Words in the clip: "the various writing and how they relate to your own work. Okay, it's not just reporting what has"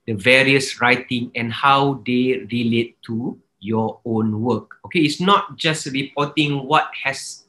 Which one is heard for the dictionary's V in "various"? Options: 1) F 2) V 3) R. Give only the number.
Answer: 2